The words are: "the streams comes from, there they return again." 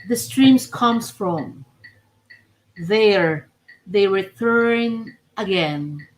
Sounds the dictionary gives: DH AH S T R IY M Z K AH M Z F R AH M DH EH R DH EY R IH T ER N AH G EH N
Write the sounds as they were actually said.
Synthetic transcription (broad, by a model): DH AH S T R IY M S K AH M S F R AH M DH EH R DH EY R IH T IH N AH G EH N